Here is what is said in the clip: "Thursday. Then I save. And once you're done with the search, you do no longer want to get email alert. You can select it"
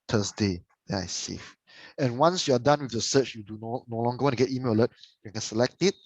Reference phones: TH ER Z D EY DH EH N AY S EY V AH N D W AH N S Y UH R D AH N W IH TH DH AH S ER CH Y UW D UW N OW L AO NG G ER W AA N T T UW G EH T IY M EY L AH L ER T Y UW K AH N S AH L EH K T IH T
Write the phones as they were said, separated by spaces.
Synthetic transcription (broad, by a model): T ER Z D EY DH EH IH S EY F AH N W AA N S Y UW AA D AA N W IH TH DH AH S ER CH Y UW D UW N OW L AO NG G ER W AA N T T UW G EH T IY M EY L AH L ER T Y UW K AH N S AH L EH K T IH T